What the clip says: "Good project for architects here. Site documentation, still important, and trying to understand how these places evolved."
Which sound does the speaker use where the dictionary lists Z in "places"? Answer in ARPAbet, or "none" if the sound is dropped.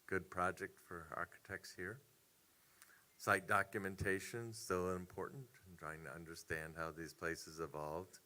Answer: Z